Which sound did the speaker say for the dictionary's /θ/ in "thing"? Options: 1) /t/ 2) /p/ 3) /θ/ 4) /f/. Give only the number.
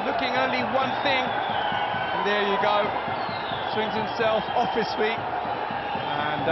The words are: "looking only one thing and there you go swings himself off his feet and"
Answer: 3